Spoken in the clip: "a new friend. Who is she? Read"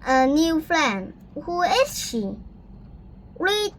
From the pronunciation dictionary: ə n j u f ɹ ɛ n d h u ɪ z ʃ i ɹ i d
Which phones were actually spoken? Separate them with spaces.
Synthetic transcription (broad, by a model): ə n j u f l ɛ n h u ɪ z ʃ i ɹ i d